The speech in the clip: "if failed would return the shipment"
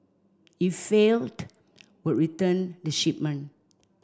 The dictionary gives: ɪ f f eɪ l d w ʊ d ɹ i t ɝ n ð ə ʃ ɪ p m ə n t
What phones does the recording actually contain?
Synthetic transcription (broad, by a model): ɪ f f eɪ l d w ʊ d ɹ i t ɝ n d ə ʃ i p m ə n